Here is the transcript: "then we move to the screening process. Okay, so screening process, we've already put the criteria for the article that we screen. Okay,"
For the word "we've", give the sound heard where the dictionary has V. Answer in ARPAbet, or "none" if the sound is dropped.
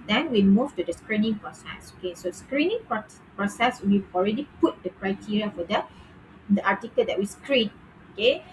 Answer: none